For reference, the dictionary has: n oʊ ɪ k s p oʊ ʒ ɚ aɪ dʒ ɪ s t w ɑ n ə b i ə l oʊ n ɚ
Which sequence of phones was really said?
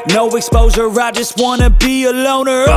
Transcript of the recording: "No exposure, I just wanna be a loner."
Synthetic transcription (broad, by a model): n oʊ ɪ k s p oʊ z ɚ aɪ dʒ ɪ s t w ɑ n ə b i ə l oʊ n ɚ